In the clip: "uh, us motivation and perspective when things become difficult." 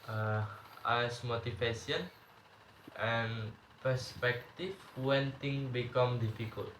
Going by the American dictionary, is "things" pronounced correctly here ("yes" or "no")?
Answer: no